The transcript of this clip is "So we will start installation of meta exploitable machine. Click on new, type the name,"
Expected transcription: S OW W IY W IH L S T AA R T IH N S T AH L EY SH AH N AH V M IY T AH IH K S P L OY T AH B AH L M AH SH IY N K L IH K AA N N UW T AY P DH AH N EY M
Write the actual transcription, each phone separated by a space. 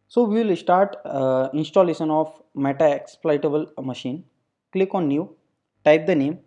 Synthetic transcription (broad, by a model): S OW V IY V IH L S T AA R T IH N S T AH L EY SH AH N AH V M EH T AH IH K S P L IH T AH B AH L M AH SH IY N K L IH K AA N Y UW T AY P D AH N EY M